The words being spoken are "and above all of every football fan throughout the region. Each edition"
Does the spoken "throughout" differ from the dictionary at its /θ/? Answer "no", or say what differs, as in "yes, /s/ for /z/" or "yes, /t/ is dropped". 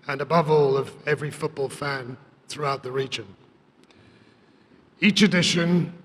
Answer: no